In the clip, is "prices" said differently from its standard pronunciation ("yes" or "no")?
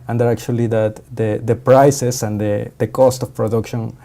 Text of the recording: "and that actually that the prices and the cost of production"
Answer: yes